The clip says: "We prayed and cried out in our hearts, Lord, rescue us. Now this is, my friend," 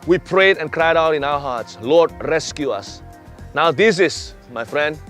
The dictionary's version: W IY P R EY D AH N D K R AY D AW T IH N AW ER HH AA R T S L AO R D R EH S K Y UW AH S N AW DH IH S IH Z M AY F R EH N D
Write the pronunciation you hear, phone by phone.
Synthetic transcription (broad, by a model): W IY P R EY D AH N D K R AY D AW T IH N AW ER HH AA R T S L AO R D R EH S K Y UW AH S N AW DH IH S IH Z M AY F R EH N D